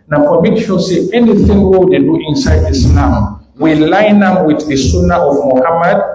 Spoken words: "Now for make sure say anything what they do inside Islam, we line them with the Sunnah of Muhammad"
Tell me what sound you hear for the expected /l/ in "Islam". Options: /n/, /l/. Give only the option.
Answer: /n/